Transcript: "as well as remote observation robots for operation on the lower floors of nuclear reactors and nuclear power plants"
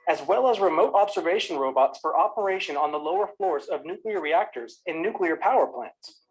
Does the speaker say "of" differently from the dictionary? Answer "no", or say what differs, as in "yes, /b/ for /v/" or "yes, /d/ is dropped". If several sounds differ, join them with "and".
no